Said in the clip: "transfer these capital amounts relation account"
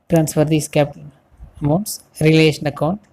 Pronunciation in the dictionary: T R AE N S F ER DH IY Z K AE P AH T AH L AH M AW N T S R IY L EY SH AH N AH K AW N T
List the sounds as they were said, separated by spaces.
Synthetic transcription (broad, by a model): T R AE N S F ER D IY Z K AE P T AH N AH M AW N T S R IY L EY SH AH N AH K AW N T